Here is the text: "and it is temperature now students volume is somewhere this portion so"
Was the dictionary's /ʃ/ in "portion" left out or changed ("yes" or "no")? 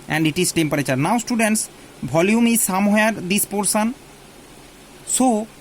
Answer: yes